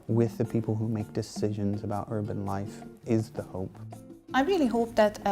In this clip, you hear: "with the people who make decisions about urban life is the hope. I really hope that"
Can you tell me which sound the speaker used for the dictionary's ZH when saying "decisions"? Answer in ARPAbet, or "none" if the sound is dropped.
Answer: ZH